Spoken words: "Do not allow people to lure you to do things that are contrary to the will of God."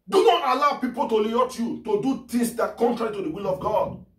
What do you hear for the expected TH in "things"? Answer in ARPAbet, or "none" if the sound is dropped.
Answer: T